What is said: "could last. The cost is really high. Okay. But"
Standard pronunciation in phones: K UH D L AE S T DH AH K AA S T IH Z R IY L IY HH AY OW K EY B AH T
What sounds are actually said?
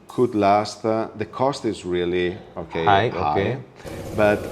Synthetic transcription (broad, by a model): K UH D L AE S T DH AH K AA S T IH Z R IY L IY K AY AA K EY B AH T